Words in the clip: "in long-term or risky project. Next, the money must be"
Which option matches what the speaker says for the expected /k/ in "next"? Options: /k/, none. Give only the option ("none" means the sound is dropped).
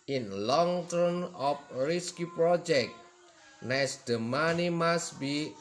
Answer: none